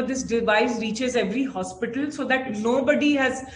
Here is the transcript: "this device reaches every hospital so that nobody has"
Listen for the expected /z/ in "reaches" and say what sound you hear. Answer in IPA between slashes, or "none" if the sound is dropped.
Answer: /z/